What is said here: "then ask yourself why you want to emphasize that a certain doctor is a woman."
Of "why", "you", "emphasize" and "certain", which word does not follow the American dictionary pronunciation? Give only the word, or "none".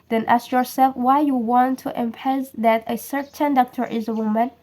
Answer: emphasize